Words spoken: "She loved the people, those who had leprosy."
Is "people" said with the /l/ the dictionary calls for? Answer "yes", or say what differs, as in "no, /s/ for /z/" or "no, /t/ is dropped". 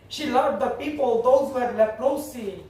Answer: yes